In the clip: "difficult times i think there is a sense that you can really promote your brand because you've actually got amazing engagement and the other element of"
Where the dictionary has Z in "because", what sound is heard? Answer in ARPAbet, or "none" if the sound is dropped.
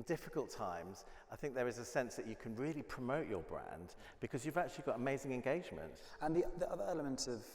Z